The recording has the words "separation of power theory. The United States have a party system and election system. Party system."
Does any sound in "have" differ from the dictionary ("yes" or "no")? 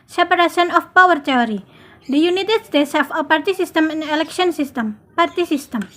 yes